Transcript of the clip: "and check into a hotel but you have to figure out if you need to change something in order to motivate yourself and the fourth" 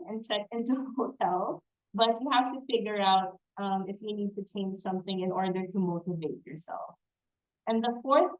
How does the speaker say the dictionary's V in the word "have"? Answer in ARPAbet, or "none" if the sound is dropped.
F